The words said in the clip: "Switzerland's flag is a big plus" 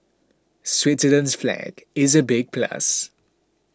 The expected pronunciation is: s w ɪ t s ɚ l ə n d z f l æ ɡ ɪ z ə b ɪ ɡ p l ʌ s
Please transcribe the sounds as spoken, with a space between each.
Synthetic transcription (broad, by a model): s w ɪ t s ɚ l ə n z f l æ ɡ ɪ z ə b ɪ ɡ p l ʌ s